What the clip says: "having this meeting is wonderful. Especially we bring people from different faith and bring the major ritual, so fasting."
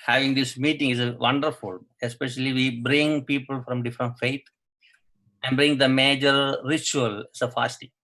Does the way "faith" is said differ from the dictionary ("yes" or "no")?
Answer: yes